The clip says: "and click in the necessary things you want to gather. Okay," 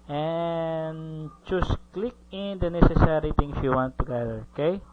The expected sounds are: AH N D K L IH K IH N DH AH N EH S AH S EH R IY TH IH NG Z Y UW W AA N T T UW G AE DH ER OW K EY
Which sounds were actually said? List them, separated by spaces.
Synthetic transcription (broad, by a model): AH N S K L IH K IH N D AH N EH S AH S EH R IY T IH NG S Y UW W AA N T T UW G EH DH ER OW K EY